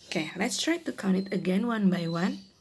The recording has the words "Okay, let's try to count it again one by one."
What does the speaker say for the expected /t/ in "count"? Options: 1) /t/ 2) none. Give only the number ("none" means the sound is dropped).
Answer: 2